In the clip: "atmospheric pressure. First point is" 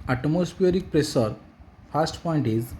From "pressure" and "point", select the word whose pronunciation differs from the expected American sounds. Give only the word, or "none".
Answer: pressure